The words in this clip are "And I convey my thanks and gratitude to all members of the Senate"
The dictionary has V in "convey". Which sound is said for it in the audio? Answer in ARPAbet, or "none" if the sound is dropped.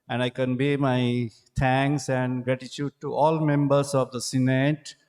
B